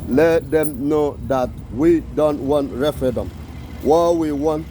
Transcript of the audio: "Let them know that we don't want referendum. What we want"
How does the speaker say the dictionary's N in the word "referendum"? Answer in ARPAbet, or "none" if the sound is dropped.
none